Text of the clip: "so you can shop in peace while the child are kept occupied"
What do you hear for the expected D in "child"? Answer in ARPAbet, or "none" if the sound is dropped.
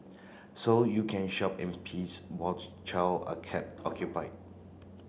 none